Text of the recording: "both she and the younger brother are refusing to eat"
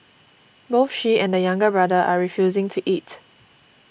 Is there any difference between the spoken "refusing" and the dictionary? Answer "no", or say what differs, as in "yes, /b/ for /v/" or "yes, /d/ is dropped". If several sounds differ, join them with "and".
no